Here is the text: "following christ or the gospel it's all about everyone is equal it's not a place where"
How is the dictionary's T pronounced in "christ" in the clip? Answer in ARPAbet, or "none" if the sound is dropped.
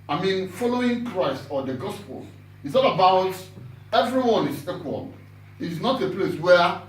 T